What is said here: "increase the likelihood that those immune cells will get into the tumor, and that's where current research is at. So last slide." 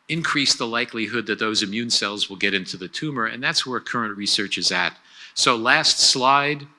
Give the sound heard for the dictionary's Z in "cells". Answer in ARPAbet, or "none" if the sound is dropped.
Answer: Z